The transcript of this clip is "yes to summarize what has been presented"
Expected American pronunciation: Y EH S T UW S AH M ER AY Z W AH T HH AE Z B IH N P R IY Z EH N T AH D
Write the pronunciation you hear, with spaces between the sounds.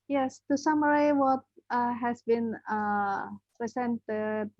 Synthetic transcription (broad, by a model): Y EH S T UW S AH M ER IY W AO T HH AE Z B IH N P R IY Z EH N T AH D